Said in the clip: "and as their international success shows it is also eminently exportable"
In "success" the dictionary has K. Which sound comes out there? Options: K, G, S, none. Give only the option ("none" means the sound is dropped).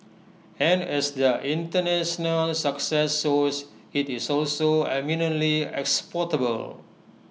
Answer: K